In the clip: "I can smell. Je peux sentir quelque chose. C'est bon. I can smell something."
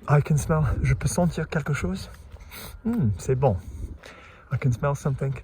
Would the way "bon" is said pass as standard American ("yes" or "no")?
no